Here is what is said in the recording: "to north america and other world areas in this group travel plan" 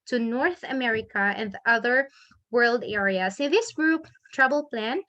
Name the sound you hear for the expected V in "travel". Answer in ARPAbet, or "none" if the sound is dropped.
B